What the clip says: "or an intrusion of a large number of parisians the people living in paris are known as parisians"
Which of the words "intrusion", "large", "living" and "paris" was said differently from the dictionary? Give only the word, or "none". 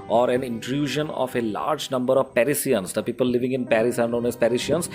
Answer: none